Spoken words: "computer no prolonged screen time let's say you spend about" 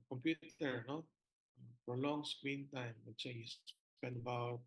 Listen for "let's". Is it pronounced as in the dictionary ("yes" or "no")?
no